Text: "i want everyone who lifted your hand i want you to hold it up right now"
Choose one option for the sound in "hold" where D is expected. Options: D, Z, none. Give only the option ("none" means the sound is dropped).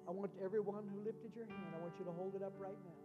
D